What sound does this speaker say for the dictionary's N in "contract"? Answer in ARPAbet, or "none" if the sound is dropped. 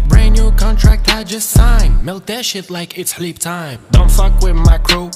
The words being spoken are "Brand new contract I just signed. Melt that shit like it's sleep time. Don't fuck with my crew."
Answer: N